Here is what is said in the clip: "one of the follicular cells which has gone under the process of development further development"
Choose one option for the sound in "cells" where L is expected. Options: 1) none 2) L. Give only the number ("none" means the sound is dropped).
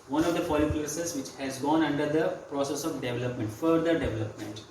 1